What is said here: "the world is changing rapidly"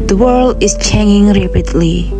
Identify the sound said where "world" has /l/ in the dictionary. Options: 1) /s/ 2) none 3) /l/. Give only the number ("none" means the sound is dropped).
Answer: 3